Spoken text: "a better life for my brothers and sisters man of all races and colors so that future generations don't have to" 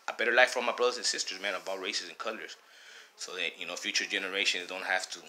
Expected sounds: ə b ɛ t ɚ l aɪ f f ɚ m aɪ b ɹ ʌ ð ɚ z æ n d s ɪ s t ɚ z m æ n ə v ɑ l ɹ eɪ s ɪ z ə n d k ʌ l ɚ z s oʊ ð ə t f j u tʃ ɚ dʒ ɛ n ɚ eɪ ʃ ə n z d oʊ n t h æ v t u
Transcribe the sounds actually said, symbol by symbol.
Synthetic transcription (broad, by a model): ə b ɛ t ɚ l aɪ f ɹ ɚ m aɪ b ɹ ʌ ð ɚ z n s ɪ s t ɚ z m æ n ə b ɑ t ɹ eɪ s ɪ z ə n k ʌ l ɚ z s oʊ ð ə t f j u tʃ ɚ dʒ ɛ n ɚ eɪ ʃ ə n z d oʊ n t h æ f t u